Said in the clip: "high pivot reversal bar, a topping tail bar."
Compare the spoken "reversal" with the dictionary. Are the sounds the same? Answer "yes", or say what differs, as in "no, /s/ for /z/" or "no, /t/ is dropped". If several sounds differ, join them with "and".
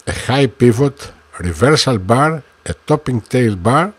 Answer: yes